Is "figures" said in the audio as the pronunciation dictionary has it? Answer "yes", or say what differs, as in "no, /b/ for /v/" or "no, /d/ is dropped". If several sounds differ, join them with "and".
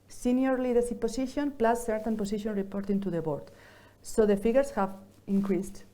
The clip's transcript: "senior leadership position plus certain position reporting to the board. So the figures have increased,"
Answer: no, /s/ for /z/